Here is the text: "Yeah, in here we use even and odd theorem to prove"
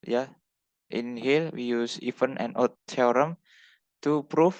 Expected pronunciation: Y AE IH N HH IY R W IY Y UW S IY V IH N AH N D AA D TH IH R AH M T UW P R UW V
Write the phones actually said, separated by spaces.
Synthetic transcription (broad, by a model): Y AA IH N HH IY L W IY Y UW S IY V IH N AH N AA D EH R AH M T UW P R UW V